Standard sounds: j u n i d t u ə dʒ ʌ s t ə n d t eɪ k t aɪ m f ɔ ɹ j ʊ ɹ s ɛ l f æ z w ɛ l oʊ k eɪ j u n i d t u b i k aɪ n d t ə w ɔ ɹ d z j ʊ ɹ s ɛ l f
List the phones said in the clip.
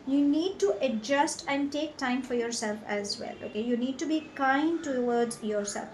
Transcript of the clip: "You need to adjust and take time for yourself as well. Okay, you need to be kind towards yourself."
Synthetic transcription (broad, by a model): j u n i d t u ə dʒ ʌ s t ə n d t eɪ k t aɪ m f ɔ ɹ j ʊ ɹ s ɛ l f æ z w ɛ l oʊ k eɪ j u n i d t u b i k aɪ n d t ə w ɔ ɹ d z j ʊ ɹ s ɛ l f